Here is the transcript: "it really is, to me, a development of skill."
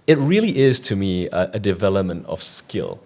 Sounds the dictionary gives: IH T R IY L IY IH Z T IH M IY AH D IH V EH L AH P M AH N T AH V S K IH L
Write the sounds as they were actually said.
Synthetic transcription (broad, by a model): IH T R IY L IY IH Z T IH M IY AH D IH V EH L AH P M AH N T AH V S K IH L